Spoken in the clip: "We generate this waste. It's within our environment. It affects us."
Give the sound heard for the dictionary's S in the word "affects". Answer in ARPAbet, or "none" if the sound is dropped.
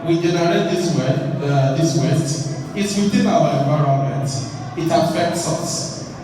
S